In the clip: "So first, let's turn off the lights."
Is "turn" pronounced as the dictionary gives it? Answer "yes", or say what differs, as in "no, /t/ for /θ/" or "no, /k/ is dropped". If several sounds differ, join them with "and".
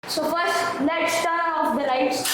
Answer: no, /n/ is dropped